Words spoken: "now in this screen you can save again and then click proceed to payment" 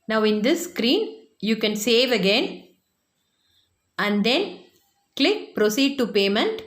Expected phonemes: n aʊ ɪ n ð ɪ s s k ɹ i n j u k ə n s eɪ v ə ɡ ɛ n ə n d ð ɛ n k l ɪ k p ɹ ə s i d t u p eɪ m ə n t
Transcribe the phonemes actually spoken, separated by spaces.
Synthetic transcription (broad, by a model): n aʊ ɪ n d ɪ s s k ɹ i n j u k ə n s eɪ v ə ɡ ɛ n ə n d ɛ n k l ɪ k p ɹ ə s i d t u p eɪ m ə n t